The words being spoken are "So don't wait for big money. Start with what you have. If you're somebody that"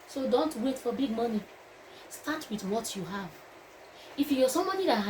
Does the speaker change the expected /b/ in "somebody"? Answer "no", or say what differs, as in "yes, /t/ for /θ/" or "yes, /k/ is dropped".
yes, /b/ is dropped